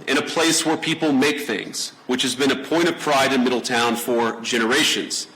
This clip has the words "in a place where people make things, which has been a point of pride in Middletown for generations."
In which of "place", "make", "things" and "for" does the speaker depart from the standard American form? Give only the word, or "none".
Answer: none